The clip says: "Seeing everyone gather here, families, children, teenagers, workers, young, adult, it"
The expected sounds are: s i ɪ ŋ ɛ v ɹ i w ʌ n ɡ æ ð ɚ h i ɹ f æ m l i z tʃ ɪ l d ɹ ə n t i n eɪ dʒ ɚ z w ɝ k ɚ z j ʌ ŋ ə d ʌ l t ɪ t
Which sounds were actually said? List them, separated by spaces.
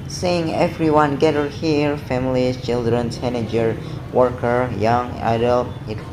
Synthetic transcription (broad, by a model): s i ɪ ŋ ɛ v ɹ i w ʌ n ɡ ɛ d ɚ h i ɹ f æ m l i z tʃ ɪ l d ɹ ə n s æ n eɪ dʒ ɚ w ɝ k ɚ j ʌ ŋ ə d ʌ l t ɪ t